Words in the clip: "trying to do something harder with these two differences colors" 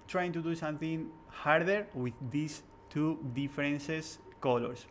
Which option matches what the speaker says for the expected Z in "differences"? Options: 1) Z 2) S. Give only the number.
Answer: 2